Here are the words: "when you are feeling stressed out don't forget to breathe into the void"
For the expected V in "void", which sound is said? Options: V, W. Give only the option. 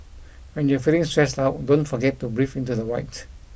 W